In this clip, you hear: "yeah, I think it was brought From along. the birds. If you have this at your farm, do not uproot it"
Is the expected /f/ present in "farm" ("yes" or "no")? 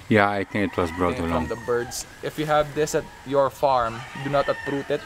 yes